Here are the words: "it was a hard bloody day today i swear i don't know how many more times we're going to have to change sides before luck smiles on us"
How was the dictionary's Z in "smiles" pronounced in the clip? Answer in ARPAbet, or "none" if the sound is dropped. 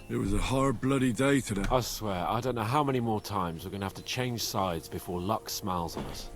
Z